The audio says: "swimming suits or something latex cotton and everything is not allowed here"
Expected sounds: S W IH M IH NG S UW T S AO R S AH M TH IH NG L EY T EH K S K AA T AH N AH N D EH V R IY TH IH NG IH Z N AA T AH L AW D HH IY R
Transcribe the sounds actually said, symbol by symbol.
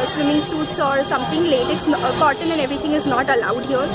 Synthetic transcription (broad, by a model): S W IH M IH NG S UW T S AO R S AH M T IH NG L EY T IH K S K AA T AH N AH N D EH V R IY T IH NG IH Z N AA T AH L AW D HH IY R